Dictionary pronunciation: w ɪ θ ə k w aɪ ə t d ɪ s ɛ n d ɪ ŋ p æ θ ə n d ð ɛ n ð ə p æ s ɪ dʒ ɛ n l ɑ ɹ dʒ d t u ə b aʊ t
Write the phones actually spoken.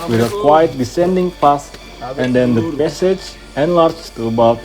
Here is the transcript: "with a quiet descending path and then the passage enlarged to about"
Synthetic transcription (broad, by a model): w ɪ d ə k w aɪ ə t d ɪ s ɛ n d ɪ ŋ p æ s ə n d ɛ n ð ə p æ s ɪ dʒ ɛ n l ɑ ɹ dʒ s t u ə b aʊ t